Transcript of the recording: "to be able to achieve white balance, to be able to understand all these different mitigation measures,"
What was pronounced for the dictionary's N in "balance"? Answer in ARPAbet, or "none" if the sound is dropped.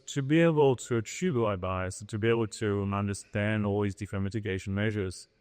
none